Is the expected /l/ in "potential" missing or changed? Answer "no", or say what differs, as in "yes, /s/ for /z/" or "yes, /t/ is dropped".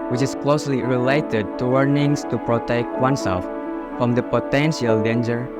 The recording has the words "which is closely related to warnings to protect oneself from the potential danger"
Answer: no